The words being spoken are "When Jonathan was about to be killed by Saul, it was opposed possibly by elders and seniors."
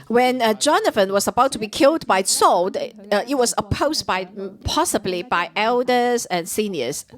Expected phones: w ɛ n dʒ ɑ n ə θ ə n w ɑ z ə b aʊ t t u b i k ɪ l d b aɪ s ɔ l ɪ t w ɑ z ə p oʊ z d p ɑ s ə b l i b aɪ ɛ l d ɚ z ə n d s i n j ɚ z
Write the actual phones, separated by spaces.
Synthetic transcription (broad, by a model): w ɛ n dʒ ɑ n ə f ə n w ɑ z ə b aʊ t t u b i k ɪ l d b aɪ s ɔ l ɪ t w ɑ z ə p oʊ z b p ɑ s ə b l i b aɪ ɛ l d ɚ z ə n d s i n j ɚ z